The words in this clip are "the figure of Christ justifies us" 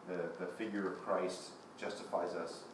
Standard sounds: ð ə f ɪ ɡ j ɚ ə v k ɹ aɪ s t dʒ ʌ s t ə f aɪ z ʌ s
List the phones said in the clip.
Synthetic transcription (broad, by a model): ð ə f ɪ ɡ j ɚ ə v k ɹ aɪ s t dʒ ʌ s t ə f aɪ z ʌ s